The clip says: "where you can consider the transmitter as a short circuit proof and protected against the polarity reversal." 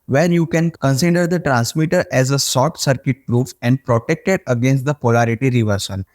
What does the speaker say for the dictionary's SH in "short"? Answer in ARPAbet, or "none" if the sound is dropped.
S